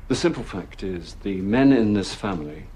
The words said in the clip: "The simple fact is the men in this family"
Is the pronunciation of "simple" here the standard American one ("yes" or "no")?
yes